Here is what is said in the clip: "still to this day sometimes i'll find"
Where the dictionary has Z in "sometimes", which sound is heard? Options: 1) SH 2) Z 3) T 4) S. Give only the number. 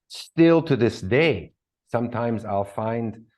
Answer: 2